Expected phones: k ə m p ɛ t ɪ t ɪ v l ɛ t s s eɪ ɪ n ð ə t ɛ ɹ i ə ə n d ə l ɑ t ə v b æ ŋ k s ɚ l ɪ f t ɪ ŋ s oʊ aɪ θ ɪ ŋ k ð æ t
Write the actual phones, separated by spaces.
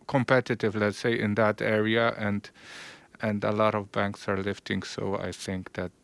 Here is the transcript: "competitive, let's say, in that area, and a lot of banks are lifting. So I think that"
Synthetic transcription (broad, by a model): k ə m p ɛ t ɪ t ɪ v l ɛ t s s eɪ ɪ n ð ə t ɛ ɹ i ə ə n d ə l ɑ t ə v b æ ŋ k s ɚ l ɪ f t ɪ ŋ s oʊ aɪ θ ɪ ŋ k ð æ t